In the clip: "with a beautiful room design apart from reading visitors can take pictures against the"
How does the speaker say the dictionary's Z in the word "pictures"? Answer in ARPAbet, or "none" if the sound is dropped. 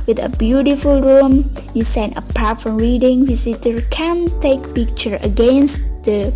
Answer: none